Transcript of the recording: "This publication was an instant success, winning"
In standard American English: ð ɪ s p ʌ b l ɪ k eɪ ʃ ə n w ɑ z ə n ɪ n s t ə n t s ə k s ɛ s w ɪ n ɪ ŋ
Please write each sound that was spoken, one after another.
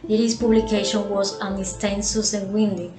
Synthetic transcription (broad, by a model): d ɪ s p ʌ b l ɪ k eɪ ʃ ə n w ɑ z ə n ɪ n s t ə n s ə s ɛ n w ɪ n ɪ